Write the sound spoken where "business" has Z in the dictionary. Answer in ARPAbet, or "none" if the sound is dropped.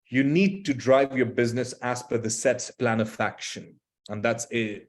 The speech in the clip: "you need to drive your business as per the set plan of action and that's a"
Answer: Z